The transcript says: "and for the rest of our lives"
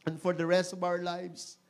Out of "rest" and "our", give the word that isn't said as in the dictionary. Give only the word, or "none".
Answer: none